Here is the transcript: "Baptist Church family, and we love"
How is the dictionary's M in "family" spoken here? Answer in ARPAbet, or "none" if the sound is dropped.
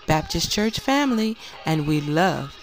M